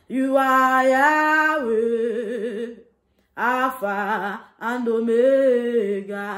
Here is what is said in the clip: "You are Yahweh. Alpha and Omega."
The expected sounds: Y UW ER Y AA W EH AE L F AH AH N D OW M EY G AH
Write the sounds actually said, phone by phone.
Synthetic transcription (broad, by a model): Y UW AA Y AA W EH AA F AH AH N D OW M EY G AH